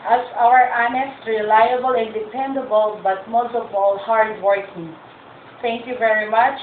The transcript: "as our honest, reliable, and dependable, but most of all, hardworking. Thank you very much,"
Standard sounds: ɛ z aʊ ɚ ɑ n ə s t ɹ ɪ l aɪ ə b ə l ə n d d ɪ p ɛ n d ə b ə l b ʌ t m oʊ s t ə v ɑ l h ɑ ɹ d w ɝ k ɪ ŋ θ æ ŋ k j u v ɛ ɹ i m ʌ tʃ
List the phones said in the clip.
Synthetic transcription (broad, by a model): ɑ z aʊ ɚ ɑ n ə s t ɹ ɪ l aɪ ə b ə l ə n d d ɪ p ɛ n d ə b ə l b ʌ t m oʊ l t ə p ɑ l h ɑ ɹ d w ɝ k ɪ ŋ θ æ ŋ k j u v ɛ ɹ i m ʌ tʃ